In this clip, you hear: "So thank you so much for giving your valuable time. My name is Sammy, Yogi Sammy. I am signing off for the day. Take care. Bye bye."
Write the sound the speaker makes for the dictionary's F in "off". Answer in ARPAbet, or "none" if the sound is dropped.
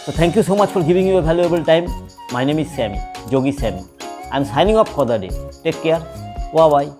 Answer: P